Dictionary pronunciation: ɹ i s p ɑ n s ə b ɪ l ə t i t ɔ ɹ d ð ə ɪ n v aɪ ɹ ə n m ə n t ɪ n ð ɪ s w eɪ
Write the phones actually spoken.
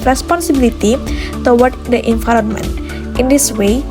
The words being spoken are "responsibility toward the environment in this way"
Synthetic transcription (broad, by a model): ɹ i s p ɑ n s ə b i l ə t i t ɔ w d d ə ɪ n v aɪ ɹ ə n m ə n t ɪ n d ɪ s w eɪ